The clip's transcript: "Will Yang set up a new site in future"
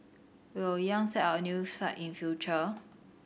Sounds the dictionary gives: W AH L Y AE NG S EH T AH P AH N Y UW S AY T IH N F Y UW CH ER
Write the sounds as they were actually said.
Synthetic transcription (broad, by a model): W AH W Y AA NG S EH T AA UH AH N Y UW S AY T IH N F Y UW CH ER